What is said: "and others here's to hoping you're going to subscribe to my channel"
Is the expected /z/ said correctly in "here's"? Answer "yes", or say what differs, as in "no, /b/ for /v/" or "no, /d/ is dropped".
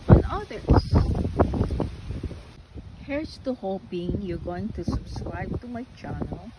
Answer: no, /s/ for /z/